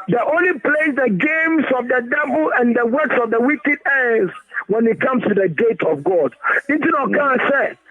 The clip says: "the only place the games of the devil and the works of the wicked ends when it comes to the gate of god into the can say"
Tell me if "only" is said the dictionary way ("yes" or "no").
yes